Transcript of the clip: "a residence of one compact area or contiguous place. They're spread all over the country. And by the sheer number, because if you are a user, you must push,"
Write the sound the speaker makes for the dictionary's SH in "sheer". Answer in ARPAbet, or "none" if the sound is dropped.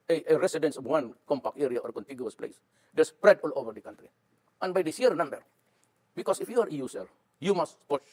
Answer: S